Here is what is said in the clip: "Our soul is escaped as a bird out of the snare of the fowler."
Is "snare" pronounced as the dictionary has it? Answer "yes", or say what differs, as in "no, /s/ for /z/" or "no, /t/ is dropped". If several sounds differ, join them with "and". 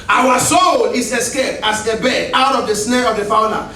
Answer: yes